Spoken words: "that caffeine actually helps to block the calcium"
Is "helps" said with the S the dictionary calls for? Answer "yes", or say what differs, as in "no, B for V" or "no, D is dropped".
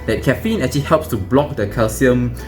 yes